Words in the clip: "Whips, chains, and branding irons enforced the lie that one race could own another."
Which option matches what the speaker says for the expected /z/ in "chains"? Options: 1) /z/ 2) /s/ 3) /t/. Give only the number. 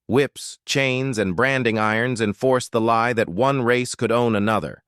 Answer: 1